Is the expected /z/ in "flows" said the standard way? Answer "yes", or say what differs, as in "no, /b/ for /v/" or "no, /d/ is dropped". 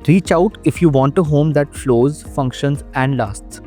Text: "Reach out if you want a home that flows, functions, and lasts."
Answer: yes